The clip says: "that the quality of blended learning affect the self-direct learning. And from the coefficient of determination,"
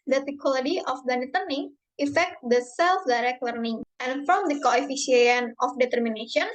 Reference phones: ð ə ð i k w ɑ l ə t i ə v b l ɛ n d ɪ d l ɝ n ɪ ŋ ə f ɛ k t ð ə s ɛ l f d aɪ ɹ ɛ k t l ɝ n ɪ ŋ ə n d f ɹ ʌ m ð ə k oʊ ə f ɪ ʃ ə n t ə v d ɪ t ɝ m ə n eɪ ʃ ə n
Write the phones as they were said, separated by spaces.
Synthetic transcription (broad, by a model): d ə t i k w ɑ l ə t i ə f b ɛ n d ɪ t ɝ n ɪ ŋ ə f ɛ k t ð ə s ɛ l f d aɪ ɹ ɛ k t l ɝ n ɪ ŋ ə n f ɹ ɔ m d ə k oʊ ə f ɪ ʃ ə n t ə f d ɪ t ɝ m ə n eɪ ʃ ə n